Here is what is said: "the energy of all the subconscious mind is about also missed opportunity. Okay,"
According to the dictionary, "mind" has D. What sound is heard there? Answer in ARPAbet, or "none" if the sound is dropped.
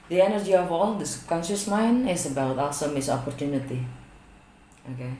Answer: none